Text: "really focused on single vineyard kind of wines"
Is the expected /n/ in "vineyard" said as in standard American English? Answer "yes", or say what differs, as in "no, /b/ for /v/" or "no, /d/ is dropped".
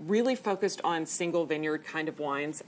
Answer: yes